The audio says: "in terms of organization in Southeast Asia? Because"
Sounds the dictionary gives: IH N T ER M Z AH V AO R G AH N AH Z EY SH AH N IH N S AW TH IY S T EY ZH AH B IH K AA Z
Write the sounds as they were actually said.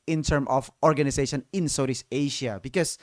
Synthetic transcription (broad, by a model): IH N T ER M AH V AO R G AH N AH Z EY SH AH N IH N S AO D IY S EY SH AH B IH K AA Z